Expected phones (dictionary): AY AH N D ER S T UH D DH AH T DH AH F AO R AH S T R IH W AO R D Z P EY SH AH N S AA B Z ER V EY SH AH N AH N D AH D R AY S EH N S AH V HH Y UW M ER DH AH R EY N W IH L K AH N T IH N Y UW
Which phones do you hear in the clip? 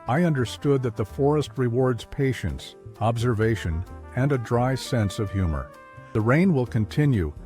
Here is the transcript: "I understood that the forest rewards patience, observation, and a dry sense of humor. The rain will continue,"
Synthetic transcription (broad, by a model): AY AH N D ER S T UH D DH AH T DH AH F AO R AH S T R IH W AO R D Z P EY SH AH N S AA B Z ER V EY SH AH N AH N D AH D R AY S EH N S AH V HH Y UW M ER DH AH R EY N W IH L K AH N T IH N Y UW